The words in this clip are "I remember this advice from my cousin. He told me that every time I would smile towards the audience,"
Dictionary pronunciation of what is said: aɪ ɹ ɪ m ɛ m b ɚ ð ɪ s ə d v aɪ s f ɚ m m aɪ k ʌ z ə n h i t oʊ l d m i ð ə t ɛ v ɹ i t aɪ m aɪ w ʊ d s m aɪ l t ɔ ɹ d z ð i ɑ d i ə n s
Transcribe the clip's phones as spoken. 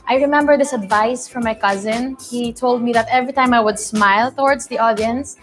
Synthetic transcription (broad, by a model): aɪ ɹ ɪ m ɛ m b ɚ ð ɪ s ə d v aɪ s f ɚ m m aɪ k ʌ z ə n h i t oʊ l d m i ð ə t ɛ v ɹ i t aɪ m aɪ w ʊ d s m aɪ l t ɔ ɹ d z ð i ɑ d i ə n s